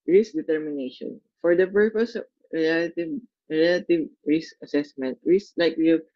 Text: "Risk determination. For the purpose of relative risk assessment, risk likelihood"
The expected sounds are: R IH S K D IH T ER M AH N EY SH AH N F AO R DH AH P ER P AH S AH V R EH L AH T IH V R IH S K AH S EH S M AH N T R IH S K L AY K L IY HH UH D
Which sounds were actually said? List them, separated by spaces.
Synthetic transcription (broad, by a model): R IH S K D IH T ER M AH N EY SH AH N F AO R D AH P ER P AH S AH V R EH L AH T IH V R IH S K AH S EH S M AH N T R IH S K L AY K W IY